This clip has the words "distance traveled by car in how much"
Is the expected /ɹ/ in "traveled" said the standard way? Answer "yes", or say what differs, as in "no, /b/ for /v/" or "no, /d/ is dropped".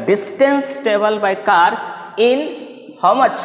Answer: no, /ɹ/ is dropped